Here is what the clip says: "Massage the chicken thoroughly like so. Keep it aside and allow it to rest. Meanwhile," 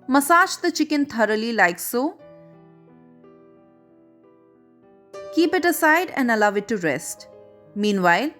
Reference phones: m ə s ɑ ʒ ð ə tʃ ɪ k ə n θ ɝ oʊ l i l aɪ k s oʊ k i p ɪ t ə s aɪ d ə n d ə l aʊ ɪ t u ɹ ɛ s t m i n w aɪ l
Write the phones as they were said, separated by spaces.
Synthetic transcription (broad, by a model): m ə s ɑ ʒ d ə tʃ ɪ k ə n t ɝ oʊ l i l aɪ k s oʊ k i p ɪ t ə s aɪ d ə n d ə l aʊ ɪ t u ɹ ɛ s t m i n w aɪ l